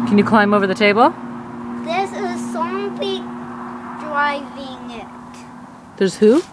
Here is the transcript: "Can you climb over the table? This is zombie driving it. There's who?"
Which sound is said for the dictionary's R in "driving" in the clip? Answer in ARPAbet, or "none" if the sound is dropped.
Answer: R